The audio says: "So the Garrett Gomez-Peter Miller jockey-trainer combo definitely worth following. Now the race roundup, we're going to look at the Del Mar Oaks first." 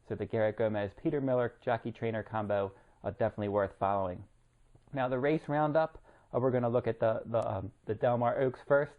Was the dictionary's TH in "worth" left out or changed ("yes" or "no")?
no